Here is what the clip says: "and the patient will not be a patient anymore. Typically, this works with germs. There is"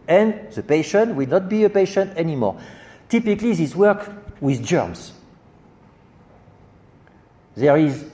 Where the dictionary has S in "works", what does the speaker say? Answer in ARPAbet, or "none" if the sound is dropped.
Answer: none